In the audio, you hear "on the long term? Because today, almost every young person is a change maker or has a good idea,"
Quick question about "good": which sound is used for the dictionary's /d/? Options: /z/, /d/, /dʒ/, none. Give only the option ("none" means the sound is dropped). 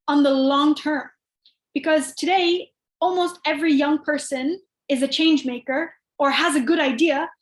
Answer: /d/